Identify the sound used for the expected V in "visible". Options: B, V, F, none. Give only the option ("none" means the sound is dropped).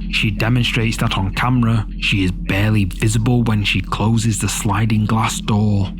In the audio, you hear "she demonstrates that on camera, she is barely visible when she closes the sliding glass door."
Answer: V